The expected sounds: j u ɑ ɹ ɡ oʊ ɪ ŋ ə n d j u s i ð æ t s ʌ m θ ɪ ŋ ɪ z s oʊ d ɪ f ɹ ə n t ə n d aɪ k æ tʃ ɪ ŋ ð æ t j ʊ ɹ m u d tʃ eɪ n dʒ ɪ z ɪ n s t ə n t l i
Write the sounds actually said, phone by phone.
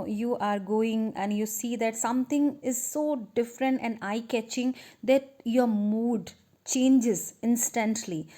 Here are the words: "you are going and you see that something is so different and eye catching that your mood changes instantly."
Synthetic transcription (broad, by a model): j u ɑ ɹ ɡ oʊ ɪ ŋ ə n d j u s i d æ t s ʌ m t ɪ ŋ ɪ z s oʊ d ɪ f ɹ ə n t ə n d aɪ k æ tʃ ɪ ŋ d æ t j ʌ ɹ m u d tʃ eɪ n dʒ ɪ z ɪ n s t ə n t l i